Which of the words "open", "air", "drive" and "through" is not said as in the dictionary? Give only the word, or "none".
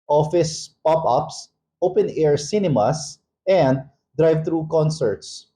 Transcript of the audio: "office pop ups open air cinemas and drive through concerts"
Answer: through